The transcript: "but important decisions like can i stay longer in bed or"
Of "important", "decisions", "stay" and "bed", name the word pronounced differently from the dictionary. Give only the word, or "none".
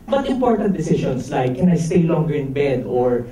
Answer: decisions